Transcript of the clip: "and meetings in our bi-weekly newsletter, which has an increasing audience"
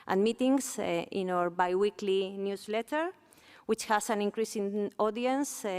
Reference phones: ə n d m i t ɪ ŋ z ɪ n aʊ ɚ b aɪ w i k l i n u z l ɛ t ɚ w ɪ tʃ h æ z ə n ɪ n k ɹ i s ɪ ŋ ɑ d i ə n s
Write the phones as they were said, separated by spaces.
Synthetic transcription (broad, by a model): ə n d m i t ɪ ŋ s ɪ n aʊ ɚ b aɪ w i k l i n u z l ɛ t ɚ w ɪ tʃ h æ s ə n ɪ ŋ k ɹ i s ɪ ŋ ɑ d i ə n s